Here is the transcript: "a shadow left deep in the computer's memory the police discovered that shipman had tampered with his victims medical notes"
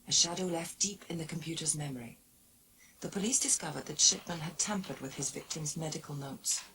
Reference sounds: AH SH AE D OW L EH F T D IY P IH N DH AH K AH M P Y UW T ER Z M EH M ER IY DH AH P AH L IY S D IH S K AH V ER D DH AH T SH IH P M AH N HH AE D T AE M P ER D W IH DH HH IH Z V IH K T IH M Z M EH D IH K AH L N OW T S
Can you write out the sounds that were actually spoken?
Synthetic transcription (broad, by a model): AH SH AE D OW L EH F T D IY P IH N DH AH K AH M P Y UW T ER Z M EH M ER IY DH AH P AH L IY S D IH S K AH V ER D DH AH T SH IH P M AH N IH D T AE M P ER D W IH DH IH Z V IH K T IH M Z M EH D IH K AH L N OW T S